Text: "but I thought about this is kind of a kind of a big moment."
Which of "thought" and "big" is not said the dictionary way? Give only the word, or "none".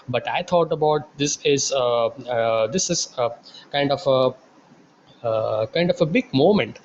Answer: thought